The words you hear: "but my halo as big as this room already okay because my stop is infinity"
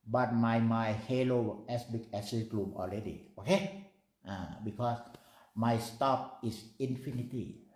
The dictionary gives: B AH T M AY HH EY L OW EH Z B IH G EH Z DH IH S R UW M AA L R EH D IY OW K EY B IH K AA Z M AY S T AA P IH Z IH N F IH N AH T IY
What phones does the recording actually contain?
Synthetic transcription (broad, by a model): B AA T M AY HH EY L OW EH S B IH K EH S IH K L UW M AA L R EH D IY OW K EY B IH K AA S M AY S T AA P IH S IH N F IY N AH T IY